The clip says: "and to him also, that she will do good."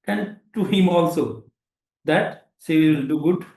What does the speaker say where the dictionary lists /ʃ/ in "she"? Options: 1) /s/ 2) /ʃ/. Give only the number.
1